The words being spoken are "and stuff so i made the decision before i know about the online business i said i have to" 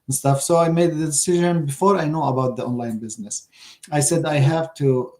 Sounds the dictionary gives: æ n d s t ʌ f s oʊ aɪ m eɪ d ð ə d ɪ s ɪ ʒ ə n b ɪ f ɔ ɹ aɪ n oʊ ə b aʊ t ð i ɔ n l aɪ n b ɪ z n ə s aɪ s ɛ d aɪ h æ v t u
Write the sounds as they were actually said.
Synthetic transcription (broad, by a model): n s t ʌ f s oʊ aɪ m eɪ d ð ə d ɪ s ɪ ʒ ə n b ɪ f ɔ ɹ aɪ n oʊ ə b aʊ t ð i ɔ n l aɪ n b ɪ z n ə s aɪ s ɛ d aɪ h æ v t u